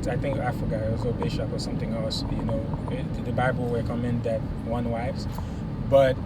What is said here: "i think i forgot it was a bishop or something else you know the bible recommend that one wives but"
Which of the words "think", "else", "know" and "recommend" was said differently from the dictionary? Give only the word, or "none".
recommend